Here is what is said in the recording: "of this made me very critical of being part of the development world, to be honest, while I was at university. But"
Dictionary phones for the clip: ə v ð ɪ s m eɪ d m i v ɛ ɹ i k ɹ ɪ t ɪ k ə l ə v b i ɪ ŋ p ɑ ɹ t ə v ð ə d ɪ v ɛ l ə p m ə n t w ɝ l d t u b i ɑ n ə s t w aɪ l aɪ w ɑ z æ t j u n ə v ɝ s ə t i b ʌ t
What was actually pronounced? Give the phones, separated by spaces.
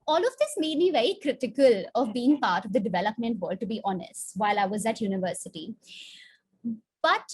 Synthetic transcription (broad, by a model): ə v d ɪ s m eɪ d m i v ɛ ɹ i k ɹ ɪ t ɪ k ə l ə v b i ɪ ŋ p ɑ ɹ t ə v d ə d ɪ v ɛ l ə p m ə n t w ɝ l d t u b i ɑ n ə s t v aɪ l aɪ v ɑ z æ t j u n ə v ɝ s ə t i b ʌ t